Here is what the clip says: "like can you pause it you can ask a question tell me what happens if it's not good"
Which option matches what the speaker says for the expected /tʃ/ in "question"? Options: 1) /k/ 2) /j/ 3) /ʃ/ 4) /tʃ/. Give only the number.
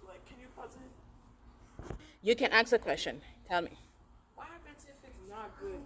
4